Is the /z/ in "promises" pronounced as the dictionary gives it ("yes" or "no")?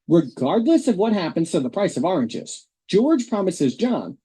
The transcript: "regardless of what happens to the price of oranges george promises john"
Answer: yes